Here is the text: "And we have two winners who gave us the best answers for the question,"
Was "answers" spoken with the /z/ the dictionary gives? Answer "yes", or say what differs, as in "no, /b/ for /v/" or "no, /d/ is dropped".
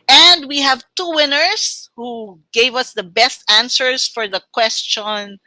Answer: no, /s/ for /z/